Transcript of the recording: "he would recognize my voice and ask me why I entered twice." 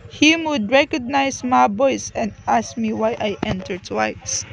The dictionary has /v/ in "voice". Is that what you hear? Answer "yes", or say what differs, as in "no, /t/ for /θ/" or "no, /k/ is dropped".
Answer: no, /b/ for /v/